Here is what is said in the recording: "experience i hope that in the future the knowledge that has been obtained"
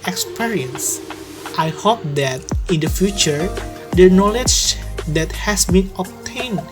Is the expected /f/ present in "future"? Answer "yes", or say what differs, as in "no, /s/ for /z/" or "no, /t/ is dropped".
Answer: yes